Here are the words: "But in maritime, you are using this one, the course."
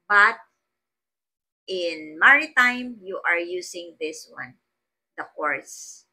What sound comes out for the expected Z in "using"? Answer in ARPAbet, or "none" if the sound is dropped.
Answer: S